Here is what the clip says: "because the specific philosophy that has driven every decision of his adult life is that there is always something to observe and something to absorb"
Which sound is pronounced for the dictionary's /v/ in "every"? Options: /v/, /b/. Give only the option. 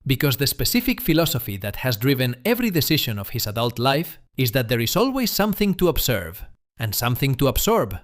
/v/